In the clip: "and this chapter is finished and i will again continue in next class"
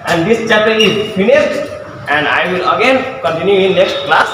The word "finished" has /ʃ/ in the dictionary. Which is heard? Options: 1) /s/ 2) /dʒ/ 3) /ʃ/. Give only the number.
1